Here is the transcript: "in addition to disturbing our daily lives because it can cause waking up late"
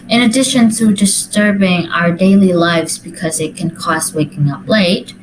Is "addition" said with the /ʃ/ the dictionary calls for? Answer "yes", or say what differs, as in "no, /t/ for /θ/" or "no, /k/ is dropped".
yes